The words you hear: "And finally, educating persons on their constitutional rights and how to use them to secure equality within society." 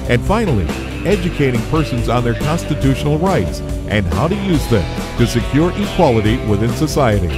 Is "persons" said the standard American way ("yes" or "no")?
yes